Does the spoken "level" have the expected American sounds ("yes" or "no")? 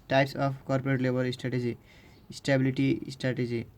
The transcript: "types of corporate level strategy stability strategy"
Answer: no